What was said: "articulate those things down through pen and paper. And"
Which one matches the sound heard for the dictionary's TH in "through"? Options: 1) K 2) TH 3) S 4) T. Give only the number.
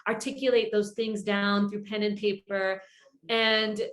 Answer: 2